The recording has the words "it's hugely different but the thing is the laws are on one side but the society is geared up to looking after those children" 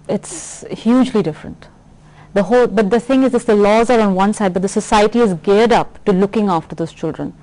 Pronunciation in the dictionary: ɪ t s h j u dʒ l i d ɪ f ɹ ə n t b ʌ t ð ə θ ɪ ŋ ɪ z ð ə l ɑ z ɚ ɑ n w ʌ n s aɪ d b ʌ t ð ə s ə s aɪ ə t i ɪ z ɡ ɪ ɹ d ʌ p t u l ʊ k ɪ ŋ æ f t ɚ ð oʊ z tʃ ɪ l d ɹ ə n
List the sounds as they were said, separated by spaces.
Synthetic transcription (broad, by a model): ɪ t s h j u dʒ l i d ɪ f ɹ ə n t b ʌ t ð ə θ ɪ ŋ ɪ z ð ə l ɑ z ɚ ɑ n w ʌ n s aɪ d b ʌ t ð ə s ə s aɪ ə t i ɪ z ɡ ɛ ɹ d ʌ p t u l ʊ k ɪ ŋ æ f t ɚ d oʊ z tʃ ɪ l d ɹ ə n